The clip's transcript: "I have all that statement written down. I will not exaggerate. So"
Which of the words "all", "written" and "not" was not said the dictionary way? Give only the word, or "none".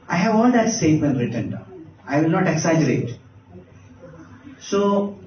none